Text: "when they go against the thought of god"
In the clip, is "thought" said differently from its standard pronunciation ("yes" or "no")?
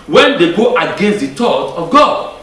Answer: yes